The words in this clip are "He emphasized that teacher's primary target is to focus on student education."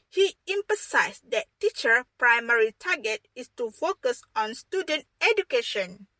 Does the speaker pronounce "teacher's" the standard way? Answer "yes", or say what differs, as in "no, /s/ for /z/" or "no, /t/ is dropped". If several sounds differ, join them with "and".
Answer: no, /z/ is dropped